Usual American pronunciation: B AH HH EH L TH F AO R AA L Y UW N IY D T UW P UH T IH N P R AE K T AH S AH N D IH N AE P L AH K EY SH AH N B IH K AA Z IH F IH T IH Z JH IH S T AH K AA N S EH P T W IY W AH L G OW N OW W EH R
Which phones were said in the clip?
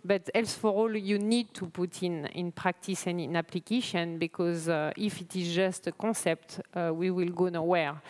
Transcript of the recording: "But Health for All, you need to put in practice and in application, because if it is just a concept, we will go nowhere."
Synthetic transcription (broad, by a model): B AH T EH L S F AO R AA L Y UW N IY D T UW P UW T IH N P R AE K T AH S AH N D IH N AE P L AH K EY SH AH N B IH K AA Z IH F IH T IH Z JH IH S T AH K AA S EH P T W IY W AH L G OW N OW W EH R